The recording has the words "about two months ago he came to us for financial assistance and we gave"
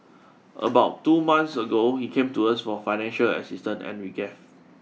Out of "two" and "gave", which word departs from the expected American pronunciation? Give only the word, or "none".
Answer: gave